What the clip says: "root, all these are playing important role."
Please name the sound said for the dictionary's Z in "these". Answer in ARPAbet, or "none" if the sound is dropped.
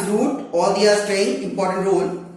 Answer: none